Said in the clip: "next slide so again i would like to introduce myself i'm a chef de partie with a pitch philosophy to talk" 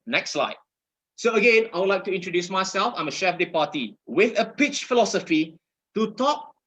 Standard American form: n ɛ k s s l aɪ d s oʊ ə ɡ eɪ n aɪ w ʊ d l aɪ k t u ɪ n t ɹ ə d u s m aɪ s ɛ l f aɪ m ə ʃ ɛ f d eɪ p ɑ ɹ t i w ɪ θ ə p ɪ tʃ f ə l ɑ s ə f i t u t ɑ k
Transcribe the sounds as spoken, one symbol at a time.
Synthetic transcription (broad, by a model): n ɛ k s s l aɪ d s oʊ ə ɡ eɪ n aɪ w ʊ d l aɪ k t u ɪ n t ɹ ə d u s m aɪ s ɛ l f aɪ m ə ʃ ɛ f d eɪ p ɑ t i w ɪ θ ə p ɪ tʃ f ə l ɑ s ə f i t u t ɑ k